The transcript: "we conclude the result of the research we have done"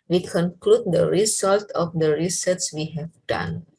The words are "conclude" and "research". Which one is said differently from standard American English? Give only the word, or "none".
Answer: research